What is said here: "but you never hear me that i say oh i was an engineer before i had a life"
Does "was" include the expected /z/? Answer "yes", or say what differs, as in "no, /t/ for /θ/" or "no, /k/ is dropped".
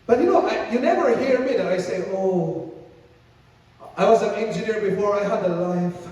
yes